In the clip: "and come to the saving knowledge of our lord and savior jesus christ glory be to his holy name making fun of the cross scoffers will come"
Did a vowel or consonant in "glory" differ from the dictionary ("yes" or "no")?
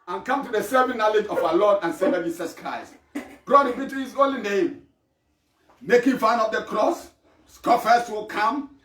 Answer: yes